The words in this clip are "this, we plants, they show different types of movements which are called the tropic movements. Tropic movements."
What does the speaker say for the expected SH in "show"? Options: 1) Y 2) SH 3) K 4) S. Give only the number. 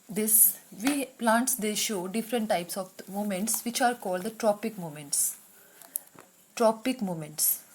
2